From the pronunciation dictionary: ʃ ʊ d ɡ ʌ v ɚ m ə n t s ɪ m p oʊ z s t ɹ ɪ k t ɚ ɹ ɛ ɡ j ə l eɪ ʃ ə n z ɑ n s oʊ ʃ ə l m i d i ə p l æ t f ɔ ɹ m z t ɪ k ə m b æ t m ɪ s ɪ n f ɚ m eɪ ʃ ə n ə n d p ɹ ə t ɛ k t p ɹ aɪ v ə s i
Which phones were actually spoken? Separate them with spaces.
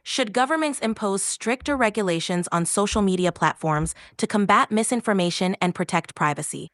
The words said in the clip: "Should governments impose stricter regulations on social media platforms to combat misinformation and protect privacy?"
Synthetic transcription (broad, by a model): ʃ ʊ d ɡ ʌ v ɚ m ə n t s ɪ m p oʊ z s t ɹ ɪ k t ɚ ɹ ɛ ɡ j ə l eɪ ʃ ə n z n s oʊ ʃ l m i d i ə p l æ t f ɔ ɹ m z t ɪ k ə m b æ t m ɪ s ɪ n f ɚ m eɪ ʃ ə n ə n p ɹ ə t ɛ k t p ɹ aɪ v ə s i